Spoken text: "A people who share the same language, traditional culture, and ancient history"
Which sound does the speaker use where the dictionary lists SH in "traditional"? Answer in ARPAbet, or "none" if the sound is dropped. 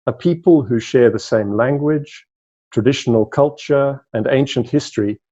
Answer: SH